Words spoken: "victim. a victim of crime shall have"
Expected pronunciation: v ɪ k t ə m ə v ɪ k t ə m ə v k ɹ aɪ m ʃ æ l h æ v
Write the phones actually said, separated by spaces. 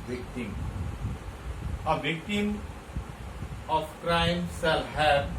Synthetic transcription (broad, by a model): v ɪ k t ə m ə v ɪ k t ə m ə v k ɹ aɪ m s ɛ l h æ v